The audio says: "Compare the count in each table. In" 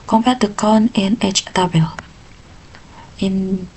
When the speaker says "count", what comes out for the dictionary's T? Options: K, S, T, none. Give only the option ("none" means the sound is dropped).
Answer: none